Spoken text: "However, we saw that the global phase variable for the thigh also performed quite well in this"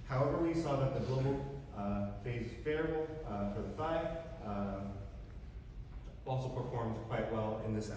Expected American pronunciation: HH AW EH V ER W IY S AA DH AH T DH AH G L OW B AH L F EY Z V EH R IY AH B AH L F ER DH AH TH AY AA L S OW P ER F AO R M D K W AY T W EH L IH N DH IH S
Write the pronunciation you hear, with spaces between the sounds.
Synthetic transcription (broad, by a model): HH AW EH V ER W IY S AA DH AH T DH AH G L OW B L F EY Z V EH R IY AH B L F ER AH F AY AA L S OW P ER F AO R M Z K W AY T W EH L IH N DH IH S